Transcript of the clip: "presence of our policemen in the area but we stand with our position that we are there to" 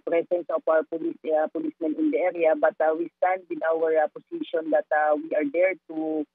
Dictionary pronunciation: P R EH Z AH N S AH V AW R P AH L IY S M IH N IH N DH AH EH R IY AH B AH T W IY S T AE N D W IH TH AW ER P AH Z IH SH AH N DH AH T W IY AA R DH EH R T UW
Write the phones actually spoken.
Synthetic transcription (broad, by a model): P R EH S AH N S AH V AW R P AH L IY S M IH N IH N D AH EH R IY AH B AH T W IY S T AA N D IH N AW ER P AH S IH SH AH N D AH T W IY AA R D EH R T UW